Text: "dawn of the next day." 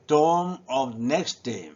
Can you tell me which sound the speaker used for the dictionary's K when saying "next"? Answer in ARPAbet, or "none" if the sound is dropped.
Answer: K